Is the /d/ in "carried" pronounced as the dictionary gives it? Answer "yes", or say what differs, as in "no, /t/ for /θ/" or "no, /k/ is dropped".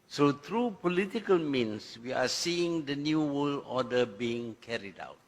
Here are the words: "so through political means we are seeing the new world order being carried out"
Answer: yes